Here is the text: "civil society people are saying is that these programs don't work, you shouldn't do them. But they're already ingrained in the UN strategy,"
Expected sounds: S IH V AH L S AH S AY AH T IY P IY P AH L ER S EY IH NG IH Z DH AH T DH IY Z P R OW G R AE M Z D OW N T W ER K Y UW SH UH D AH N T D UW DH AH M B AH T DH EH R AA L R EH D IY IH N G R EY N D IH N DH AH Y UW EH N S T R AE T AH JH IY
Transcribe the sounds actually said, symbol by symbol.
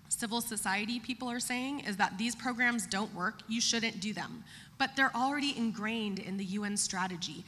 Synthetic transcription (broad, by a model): S IH V L S AH S AY AH T IY P IY P L ER S EY IH NG IH Z DH AH T DH IY Z P R OW G R AE M Z D OW N T W ER K Y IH SH UH D N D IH DH AH M B AH T DH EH R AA L R EH D IY IH N G R EY N D IH N DH AH Y UW EH N S T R AE T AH JH IY